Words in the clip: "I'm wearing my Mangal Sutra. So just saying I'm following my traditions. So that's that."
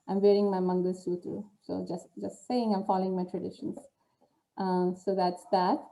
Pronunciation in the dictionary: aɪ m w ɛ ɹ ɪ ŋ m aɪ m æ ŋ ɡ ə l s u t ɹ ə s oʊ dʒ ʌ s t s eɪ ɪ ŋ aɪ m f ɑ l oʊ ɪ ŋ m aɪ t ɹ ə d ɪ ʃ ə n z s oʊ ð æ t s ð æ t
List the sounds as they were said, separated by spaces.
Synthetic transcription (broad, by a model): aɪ m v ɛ ɹ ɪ ŋ m aɪ m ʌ ŋ ɡ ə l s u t ə s oʊ dʒ ʌ s t s eɪ ɪ ŋ aɪ m f ɑ l oʊ ɪ ŋ m aɪ t ɹ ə d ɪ ʃ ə n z s oʊ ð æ t s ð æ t